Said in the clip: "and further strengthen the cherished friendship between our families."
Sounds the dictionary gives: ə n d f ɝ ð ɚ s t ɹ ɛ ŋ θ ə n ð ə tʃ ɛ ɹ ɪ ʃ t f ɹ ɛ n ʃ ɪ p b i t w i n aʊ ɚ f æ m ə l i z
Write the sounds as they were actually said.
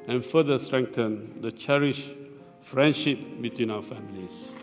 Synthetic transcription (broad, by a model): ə n f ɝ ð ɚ s t ɹ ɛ ŋ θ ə n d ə tʃ ɛ ɹ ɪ ʃ f ɹ ɛ n ʃ ɪ p b i t w i n aʊ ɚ f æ m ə l i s